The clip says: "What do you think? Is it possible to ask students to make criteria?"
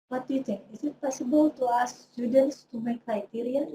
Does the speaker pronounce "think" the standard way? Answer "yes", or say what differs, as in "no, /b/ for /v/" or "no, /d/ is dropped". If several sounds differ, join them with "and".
no, /k/ is dropped